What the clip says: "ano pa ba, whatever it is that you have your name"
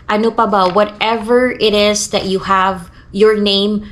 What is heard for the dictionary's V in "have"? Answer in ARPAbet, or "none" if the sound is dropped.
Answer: V